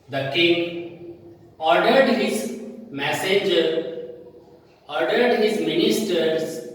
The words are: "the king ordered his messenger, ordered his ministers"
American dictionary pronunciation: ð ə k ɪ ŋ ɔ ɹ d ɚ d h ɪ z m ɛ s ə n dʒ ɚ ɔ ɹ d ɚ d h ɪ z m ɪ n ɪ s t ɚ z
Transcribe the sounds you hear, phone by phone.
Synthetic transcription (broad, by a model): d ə k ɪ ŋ ɔ ɹ d ɚ d h ɪ z m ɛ s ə dʒ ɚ ɔ ɹ d ɚ d h ɪ z m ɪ n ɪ s t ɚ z